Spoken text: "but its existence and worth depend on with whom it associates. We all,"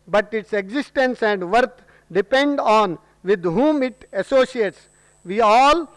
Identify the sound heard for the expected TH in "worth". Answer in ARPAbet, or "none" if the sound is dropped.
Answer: T